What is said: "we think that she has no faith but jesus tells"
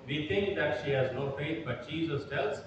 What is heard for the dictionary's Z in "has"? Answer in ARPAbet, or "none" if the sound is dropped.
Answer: Z